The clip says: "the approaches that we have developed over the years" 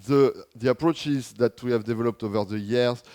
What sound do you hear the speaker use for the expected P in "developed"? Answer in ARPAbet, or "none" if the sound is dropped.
P